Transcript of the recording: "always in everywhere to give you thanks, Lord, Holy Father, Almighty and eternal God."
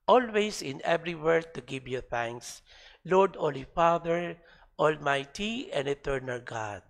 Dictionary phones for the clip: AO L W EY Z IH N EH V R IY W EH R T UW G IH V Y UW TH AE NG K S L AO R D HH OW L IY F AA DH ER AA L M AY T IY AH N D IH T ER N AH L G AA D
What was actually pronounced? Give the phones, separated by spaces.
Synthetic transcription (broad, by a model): AO L W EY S IH N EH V R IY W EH R T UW G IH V Y UW TH AE NG K S L AO R D OW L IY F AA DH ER AA L M AY T IY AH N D IH T ER N AH L G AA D